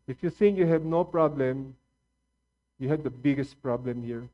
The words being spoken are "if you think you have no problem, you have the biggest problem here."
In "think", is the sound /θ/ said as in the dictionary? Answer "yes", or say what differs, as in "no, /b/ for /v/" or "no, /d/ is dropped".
no, /s/ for /θ/